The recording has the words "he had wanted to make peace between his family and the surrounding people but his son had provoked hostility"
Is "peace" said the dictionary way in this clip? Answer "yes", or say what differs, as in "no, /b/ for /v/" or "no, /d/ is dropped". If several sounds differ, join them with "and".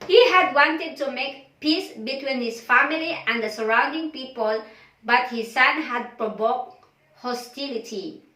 yes